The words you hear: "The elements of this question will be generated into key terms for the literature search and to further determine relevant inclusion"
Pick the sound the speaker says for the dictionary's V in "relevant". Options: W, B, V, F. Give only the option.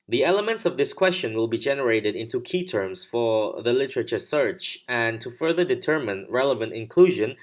V